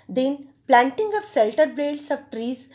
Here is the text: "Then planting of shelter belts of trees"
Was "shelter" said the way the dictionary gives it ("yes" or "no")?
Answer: no